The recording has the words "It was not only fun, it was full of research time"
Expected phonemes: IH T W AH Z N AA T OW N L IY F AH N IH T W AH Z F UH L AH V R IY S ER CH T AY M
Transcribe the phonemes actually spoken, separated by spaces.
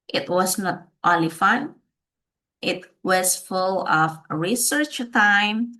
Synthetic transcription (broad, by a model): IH T W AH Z N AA T OW N L IY F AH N IH T W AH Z F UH L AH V R IY S ER CH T AY M